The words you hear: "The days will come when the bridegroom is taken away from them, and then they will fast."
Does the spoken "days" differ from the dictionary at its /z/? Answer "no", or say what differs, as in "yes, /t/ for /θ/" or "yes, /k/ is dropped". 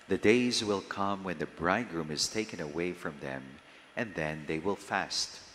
no